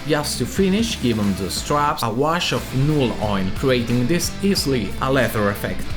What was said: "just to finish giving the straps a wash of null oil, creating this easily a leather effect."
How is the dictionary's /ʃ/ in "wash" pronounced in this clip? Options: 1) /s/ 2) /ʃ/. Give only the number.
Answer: 2